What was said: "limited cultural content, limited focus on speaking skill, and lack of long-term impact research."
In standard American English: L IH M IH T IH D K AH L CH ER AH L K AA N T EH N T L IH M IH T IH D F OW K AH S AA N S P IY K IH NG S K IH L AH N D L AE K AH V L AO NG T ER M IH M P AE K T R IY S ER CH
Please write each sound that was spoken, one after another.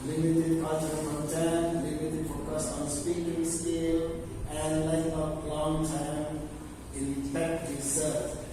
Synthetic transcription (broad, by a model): L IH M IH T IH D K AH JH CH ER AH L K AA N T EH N L IH M IH T IH D F OW K AH S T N S P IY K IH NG S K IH L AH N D L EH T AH P L AO NG T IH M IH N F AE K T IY S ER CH